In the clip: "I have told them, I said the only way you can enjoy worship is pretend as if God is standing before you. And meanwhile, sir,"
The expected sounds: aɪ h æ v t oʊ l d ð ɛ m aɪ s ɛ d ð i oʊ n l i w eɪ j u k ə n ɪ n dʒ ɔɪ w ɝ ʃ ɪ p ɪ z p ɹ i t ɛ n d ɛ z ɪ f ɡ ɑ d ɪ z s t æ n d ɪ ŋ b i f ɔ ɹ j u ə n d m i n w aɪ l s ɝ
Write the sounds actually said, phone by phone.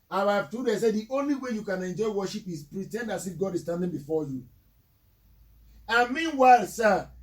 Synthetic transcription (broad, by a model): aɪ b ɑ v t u d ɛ s ɛ d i oʊ n l i w eɪ j u k ə n ɪ n dʒ ɔɪ w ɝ ʃ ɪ p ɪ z p ɹ i t ɛ n d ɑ s ɪ f ɡ ɑ d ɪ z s t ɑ n d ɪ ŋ b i f ɔ j u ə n m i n w aɪ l s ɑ